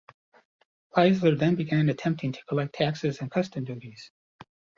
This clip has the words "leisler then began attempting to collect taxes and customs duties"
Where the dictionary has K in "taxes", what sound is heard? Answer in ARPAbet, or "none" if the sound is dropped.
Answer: K